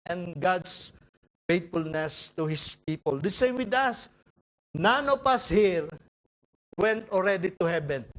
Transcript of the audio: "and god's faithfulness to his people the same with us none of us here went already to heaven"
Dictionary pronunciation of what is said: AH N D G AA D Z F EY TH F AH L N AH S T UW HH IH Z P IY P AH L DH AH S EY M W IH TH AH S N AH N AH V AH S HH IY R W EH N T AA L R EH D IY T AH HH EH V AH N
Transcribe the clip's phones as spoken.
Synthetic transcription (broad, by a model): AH N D G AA D S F EY T F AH L N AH S T UW HH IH S P IY P AH L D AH S EY M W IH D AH S N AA N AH P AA S HH IY R W EH N T AA L R EH D IY T AH HH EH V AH N